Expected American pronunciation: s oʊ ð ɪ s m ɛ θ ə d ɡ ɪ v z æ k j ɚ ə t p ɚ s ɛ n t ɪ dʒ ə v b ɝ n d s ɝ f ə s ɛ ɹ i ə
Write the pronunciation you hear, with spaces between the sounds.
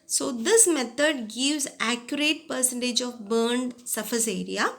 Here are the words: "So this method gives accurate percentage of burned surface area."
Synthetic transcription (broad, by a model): s oʊ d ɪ s m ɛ t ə d ɡ ɪ v z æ k j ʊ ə t p ɚ s ɛ n t ɪ dʒ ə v b ɝ n d s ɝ f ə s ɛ ɹ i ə